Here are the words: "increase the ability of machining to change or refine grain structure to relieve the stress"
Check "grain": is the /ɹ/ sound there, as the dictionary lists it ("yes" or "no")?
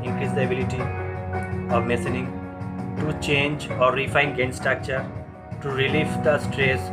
no